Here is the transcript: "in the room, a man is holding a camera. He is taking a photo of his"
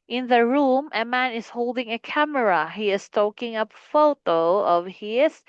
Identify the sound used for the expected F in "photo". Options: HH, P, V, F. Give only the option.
F